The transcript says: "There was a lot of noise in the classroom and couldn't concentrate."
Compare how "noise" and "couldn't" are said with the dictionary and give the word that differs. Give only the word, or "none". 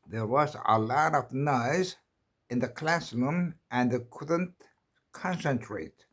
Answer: none